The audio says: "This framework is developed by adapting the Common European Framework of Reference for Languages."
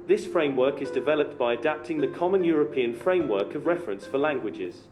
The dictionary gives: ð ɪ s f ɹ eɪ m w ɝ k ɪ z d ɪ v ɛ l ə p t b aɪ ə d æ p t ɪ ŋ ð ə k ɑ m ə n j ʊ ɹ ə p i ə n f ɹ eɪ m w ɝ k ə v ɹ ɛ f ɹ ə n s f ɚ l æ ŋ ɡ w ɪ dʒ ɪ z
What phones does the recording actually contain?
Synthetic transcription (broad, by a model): ð ɪ s f ɹ eɪ m w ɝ k ɪ z d ɪ v ɛ l ə p t b aɪ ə d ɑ p t ɪ ŋ ð ə k ɑ m ə n j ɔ ɹ ə p i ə n f ɹ eɪ m w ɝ k ə v ɹ ɛ f ɹ ə n s f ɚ l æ ŋ ɡ w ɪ dʒ ɪ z